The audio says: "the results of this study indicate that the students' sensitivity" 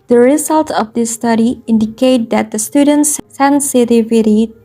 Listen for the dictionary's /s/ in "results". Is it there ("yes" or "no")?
no